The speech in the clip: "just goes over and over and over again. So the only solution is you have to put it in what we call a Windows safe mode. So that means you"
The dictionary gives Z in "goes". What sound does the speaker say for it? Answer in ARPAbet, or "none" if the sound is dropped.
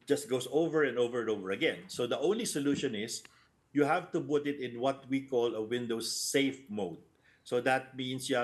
S